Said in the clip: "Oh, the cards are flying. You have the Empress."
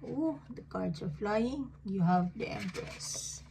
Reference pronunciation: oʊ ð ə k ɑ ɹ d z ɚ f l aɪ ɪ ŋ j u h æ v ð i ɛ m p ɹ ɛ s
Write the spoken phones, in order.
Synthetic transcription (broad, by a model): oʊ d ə k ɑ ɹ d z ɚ f l aɪ ɪ ŋ j u h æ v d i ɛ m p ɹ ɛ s